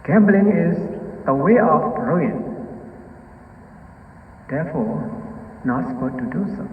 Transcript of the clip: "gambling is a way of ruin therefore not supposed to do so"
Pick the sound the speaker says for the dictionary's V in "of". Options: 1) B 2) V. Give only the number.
1